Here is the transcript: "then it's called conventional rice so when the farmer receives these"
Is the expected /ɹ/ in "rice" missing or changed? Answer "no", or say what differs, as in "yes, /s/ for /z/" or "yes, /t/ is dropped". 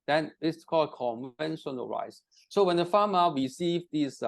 no